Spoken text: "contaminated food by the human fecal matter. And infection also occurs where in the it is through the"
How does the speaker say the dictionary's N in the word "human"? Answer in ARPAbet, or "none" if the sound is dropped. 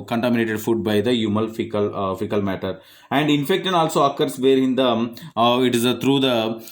L